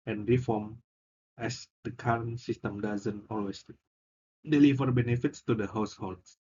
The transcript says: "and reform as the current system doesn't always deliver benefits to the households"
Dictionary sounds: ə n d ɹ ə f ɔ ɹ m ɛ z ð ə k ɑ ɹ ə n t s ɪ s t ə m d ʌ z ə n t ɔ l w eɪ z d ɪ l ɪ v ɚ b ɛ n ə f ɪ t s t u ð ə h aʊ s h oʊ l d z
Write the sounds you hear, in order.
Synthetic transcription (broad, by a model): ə n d ɹ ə f ɔ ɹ m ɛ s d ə k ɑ ɹ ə n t s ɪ s t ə m d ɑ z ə n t ɔ l w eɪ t d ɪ l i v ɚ b ɛ n ə f ɪ t s t u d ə h aʊ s h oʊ l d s